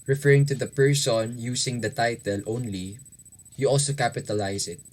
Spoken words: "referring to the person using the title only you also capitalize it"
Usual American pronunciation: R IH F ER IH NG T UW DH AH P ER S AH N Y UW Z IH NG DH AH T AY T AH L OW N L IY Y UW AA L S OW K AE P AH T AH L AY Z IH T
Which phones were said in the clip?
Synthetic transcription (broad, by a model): R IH F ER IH NG T UW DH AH P ER S AH N Y UW S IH NG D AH T AY T AH L OW N L IY Y UW AA L S OW K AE P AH T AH L AY S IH T